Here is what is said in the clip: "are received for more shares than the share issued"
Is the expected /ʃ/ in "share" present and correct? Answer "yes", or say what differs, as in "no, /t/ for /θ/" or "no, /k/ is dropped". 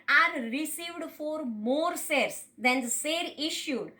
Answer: no, /s/ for /ʃ/